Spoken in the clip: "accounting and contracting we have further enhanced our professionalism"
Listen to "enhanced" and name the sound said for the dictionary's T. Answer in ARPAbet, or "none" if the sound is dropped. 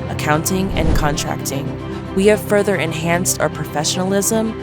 T